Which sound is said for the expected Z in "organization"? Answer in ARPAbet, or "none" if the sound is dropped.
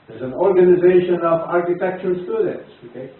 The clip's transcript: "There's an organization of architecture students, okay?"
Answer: Z